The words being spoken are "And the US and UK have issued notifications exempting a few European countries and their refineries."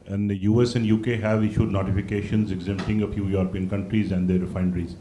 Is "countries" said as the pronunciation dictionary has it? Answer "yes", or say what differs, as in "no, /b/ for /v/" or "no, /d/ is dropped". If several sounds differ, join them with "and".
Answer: yes